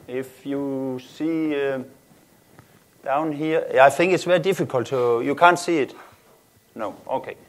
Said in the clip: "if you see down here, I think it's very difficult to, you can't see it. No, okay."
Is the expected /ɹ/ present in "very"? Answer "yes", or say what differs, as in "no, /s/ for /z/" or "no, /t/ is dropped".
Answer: no, /ɹ/ is dropped